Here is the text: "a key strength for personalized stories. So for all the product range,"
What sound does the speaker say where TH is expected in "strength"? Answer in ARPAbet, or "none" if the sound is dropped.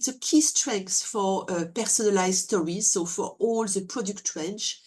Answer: S